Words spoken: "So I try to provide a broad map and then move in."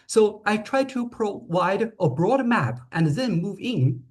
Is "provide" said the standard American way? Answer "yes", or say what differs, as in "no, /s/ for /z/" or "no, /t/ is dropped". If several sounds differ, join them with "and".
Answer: no, /w/ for /v/